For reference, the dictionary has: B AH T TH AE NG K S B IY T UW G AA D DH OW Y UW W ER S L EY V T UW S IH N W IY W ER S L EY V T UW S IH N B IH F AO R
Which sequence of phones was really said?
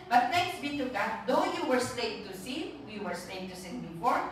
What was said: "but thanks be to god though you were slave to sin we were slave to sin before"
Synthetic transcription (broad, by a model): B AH T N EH K S B IY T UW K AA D OW Y UW W ER S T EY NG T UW S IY W IY W ER S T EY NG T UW S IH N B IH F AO R